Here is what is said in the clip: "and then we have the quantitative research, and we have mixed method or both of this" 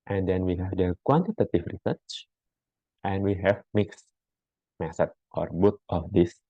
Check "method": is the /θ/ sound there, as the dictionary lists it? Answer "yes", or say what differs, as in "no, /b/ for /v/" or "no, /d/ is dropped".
no, /s/ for /θ/